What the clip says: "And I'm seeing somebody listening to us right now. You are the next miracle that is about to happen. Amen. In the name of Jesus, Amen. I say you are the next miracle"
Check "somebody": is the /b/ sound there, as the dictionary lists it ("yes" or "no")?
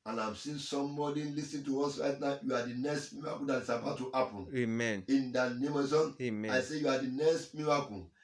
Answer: no